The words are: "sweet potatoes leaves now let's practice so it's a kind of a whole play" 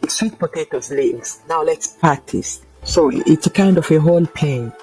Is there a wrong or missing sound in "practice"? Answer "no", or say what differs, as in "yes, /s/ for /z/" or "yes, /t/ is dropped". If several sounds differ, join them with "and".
yes, /ɹ/ is dropped